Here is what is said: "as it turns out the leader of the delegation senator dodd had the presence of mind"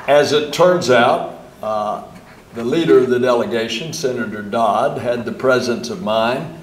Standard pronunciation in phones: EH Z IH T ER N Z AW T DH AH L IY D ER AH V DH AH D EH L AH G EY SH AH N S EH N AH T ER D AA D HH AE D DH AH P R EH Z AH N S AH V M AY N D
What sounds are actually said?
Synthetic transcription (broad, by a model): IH Z IH T ER N Z AW T DH AH L IY D ER AH V DH AH D EH L AH G EY SH AH N S EH N AH T ER D AA D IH D DH AH P R EH Z AH N S AH V M AY N